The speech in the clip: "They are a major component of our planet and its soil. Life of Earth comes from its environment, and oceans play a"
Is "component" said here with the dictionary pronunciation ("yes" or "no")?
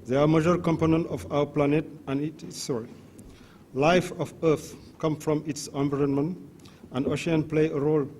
yes